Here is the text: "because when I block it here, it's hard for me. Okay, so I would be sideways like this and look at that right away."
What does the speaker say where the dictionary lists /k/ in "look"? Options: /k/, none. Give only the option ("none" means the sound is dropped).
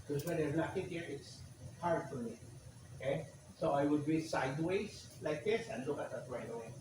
/k/